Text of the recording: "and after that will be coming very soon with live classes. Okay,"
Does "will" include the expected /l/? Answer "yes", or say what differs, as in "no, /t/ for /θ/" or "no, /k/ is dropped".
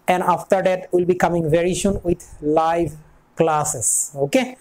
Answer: yes